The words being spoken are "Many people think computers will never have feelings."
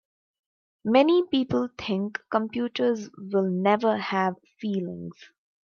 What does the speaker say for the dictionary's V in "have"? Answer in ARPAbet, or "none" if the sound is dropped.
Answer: V